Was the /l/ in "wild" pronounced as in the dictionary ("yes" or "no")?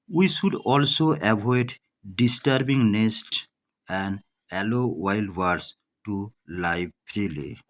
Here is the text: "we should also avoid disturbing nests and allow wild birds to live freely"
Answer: yes